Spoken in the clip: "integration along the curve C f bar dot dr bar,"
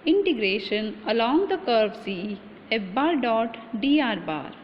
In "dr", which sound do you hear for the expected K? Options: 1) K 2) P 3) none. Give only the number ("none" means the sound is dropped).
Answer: 3